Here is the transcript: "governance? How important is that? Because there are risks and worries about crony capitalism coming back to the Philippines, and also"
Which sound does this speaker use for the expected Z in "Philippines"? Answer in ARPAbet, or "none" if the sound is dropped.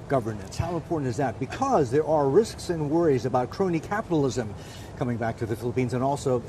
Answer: Z